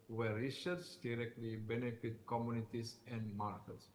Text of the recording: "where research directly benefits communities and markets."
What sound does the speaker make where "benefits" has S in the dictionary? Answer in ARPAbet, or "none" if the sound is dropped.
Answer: none